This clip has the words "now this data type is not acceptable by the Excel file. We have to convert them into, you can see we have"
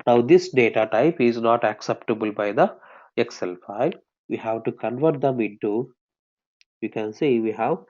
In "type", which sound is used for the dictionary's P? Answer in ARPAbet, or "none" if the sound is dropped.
P